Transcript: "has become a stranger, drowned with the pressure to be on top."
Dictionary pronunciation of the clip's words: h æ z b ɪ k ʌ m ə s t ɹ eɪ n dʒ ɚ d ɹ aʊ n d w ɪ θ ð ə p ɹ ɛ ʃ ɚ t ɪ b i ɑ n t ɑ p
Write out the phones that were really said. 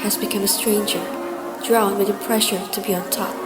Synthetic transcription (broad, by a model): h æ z b ɪ k ʌ m ə s t ɹ eɪ n dʒ ɚ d ɹ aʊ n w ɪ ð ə p ɹ ɛ ʃ ɚ t ɪ b i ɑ n t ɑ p